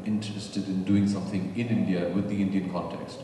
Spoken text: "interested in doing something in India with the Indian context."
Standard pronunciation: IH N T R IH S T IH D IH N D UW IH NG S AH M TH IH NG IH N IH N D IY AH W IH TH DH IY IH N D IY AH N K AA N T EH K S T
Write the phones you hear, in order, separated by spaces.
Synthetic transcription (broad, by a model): IH N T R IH S T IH D IH N D UW IH NG S AH M TH IH NG IH N IH N D IY AH W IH DH IY IH N D IY AH N K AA N T EH K S T